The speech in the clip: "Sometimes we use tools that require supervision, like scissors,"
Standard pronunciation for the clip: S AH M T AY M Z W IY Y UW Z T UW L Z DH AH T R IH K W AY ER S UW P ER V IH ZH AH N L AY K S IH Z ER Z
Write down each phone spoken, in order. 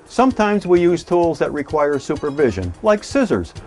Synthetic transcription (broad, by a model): S AH M T AY M Z W IY Y UW Z T UW L Z DH AH T R IH K W AY ER S UW P ER V IH ZH AH N L AY K S IH Z ER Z